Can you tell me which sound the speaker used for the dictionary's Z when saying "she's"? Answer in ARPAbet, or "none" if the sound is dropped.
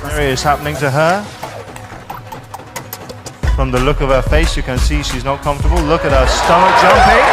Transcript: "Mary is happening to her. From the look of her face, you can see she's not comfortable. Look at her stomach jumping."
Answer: Z